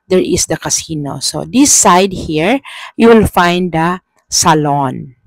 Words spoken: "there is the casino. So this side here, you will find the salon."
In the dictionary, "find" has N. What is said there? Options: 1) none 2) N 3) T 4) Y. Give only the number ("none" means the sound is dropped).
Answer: 2